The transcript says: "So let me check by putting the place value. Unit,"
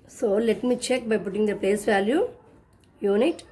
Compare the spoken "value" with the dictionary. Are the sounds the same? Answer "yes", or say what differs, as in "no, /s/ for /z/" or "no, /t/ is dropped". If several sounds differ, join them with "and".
yes